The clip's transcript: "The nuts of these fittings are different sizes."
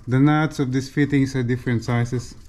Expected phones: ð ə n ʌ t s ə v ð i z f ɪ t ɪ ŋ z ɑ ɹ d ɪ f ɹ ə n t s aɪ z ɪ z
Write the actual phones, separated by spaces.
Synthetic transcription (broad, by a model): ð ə n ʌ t s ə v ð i s f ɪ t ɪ ŋ s ɑ ɹ d ɪ f ɹ ə n t s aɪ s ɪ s